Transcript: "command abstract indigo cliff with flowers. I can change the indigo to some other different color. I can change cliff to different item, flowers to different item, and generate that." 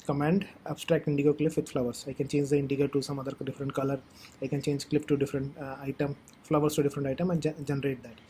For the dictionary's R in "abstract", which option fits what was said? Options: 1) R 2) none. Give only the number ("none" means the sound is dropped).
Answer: 1